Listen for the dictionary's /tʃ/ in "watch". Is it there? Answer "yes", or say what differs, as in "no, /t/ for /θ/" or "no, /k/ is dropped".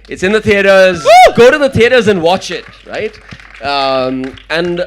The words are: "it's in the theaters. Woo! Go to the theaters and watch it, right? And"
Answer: yes